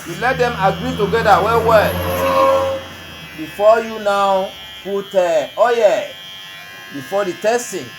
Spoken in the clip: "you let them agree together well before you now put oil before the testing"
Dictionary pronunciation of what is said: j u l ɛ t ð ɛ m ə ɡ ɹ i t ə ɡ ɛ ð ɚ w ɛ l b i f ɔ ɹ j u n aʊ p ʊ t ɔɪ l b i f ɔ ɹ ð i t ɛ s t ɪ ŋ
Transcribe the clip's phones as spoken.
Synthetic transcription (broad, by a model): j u l ɛ t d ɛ m ə ɡ ɹ i t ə ɡ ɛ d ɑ w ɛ w b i f ɔ j u n aʊ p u t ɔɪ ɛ b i f ɔ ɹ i t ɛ s t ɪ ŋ